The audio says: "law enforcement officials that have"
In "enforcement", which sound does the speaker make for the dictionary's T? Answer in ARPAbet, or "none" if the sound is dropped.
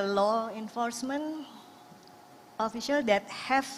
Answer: none